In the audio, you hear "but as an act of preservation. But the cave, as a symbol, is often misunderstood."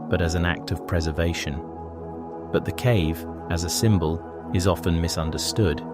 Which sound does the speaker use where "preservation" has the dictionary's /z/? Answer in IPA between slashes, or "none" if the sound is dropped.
/z/